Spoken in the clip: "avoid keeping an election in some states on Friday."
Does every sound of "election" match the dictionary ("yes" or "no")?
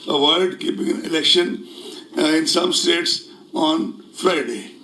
yes